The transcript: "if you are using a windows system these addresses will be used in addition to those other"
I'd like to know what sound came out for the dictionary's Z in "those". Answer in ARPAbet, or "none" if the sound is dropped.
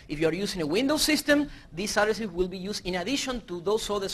S